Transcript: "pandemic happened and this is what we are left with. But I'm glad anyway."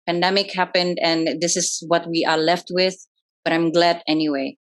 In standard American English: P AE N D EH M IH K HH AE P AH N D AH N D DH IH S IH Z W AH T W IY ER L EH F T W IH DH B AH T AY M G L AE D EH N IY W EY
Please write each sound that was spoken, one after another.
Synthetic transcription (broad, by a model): P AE N D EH M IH K HH AE P AH N D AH N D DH IH S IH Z W AH T W IY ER L EH F T W IH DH B AH T AY M G L AE D EH N IY W EY